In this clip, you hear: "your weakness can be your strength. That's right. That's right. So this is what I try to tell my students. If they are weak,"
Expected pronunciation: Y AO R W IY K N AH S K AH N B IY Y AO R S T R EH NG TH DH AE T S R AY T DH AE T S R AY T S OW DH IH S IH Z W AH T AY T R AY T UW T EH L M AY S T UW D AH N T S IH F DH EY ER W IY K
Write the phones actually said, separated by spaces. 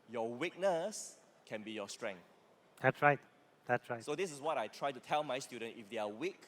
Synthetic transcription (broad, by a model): Y AO W IY K N AH S K AH N B IY Y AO S T R EH NG TH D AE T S R AY T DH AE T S R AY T S OW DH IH S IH S W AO T AY T R AY T UW T EH L M AY S T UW D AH N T IH F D EY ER W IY K